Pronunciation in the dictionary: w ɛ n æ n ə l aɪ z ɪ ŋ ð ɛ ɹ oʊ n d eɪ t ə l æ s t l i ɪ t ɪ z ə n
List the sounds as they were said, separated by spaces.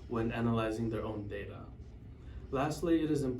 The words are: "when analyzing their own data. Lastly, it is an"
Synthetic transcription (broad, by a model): w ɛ n æ n ə l aɪ z ɪ ŋ ð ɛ ɹ oʊ n d eɪ t ə l æ s t l i ɪ t ɪ z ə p